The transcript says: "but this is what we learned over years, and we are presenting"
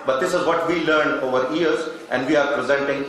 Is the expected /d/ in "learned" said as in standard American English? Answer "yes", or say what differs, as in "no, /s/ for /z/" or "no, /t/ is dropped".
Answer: yes